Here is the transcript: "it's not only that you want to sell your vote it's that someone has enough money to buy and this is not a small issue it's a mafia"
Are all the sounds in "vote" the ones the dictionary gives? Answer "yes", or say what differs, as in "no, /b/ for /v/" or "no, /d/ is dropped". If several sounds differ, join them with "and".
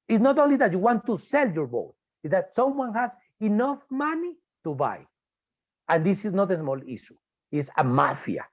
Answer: no, /b/ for /v/